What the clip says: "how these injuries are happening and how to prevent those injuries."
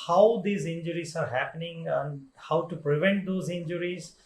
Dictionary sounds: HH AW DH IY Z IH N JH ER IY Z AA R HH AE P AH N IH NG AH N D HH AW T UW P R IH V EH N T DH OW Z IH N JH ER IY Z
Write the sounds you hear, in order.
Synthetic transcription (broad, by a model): HH AW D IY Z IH N JH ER IY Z AA R HH AE P AH N IH NG AH N D HH AW T UW P R IH V EH N T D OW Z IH N JH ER IY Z